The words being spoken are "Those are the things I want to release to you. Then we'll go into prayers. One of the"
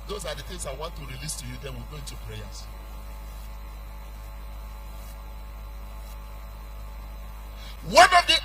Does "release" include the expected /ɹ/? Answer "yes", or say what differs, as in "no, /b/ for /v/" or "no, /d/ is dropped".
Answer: yes